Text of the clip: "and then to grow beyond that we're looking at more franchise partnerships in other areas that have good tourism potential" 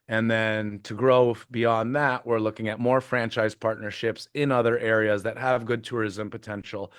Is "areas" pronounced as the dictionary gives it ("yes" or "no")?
yes